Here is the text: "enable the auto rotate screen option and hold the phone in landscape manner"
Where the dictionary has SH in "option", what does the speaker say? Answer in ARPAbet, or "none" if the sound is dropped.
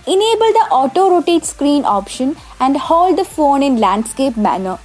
SH